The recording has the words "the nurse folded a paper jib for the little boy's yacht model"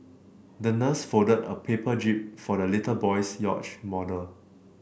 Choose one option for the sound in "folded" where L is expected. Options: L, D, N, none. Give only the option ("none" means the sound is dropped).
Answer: none